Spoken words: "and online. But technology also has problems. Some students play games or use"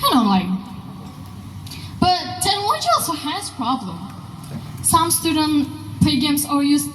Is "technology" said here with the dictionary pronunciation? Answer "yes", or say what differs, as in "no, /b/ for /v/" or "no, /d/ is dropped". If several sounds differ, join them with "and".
no, /k/ is dropped